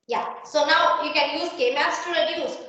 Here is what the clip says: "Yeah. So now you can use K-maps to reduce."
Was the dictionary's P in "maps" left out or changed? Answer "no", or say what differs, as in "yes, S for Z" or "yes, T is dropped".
yes, P is dropped